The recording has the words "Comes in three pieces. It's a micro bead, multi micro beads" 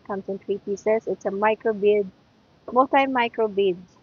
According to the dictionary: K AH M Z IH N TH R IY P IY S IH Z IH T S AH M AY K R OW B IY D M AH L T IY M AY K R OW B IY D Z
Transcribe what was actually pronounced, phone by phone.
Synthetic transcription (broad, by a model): K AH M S IH N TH R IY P IY S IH S IH T S AH M AY K R OW B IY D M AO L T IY M AY K R OW B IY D